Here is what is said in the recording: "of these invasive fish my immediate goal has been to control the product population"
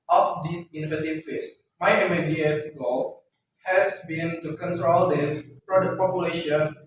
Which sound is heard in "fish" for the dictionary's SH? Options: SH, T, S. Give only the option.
S